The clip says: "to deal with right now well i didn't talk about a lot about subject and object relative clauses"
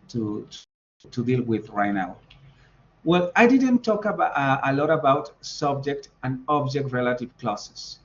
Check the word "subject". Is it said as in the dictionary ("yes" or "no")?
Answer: yes